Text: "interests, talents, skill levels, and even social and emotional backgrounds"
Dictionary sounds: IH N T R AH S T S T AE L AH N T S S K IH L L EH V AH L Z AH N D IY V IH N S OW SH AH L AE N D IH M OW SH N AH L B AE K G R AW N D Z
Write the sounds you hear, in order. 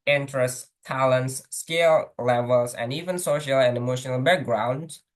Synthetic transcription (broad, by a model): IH N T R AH S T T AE L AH N T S S K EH L L EH V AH L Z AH N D IY V IH N S OW SH AH L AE N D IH M OW SH N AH L B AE K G R AW N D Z